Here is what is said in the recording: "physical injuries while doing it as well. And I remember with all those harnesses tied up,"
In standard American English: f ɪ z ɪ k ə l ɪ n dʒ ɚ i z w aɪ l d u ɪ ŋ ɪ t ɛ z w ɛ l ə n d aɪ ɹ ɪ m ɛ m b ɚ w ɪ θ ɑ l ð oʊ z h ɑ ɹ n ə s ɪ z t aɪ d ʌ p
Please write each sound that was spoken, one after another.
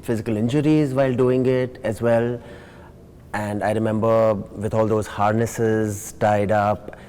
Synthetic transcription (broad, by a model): f ɪ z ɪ k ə l ɪ n dʒ ɚ i z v aɪ l d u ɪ ŋ ɪ t ɛ z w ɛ l ə n d aɪ ɹ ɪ m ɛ m b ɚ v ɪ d ɑ l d oʊ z h ɑ ɹ n ə s ɪ z t aɪ d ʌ p